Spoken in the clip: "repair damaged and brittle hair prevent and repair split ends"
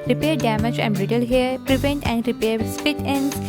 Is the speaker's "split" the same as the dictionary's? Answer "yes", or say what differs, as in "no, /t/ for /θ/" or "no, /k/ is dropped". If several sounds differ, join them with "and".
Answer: no, /l/ is dropped